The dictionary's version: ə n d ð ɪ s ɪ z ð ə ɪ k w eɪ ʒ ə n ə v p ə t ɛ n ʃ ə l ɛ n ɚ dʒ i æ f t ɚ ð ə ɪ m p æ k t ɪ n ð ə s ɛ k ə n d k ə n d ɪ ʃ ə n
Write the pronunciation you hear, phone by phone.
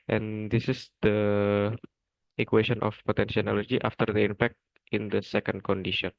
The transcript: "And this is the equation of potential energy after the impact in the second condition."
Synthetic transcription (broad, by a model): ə n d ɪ s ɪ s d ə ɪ k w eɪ ʃ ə n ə f p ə t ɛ n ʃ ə n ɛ l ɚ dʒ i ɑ f t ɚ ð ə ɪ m p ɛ k t ɪ n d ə s ɛ k ə n d k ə n d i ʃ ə n